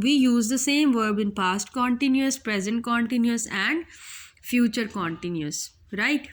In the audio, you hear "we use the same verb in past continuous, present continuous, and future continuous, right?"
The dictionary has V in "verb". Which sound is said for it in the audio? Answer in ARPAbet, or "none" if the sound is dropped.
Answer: V